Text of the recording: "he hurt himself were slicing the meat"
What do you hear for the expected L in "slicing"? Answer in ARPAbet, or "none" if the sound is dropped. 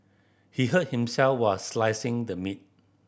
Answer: L